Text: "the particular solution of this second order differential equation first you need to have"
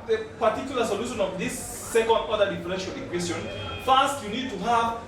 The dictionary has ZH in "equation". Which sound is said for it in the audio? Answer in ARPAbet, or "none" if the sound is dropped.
S